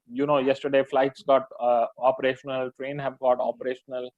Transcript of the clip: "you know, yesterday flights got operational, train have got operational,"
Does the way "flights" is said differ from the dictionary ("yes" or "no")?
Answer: no